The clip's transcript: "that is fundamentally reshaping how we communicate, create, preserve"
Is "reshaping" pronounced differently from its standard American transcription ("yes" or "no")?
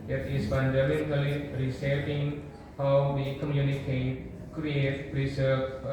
yes